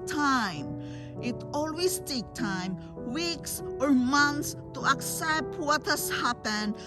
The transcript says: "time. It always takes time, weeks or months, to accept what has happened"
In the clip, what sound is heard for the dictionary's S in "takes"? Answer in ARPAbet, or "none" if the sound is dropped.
none